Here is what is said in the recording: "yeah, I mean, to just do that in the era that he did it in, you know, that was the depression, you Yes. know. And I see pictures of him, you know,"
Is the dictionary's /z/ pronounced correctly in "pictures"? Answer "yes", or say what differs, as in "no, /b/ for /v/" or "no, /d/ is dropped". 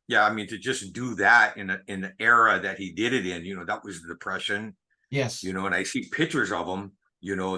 yes